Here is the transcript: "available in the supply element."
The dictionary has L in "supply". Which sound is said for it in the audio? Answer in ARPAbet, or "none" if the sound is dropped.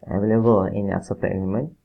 none